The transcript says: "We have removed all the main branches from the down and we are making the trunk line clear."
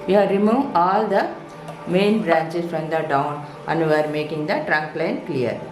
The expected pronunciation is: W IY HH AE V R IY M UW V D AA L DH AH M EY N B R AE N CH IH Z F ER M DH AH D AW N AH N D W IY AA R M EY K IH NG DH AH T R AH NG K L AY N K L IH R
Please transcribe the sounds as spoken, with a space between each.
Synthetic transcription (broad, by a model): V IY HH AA R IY M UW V AA L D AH M EY N B R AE N CH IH S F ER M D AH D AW N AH N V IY AA R M EY K IH NG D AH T R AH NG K L AY N K L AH R